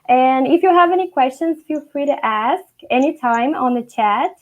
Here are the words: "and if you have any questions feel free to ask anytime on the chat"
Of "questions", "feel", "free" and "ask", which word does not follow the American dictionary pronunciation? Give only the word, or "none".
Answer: none